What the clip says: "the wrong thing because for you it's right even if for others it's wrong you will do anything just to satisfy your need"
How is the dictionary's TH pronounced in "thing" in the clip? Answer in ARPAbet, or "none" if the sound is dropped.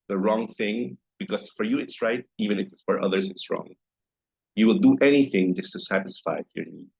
TH